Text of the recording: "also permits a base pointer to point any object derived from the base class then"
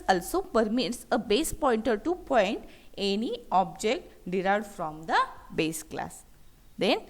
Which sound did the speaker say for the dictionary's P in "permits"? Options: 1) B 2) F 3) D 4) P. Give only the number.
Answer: 4